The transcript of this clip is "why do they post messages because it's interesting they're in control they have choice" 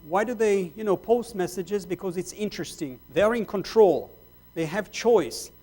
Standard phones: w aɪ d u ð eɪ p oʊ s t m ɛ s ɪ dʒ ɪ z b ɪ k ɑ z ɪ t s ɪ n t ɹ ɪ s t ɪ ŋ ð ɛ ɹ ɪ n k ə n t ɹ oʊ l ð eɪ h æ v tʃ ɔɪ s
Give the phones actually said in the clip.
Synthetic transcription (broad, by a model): w aɪ d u ð eɪ p oʊ s t m ɛ s ɪ dʒ ɪ z b ɪ k ɑ z ɪ t s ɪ n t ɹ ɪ s t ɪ ŋ ð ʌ ɹ ɪ n k ə n t ɹ oʊ l ð eɪ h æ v tʃ ɔɪ s